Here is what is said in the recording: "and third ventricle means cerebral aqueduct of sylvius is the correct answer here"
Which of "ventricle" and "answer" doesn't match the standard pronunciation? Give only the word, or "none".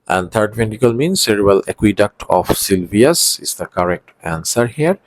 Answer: ventricle